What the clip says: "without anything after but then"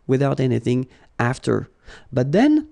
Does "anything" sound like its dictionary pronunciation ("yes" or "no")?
yes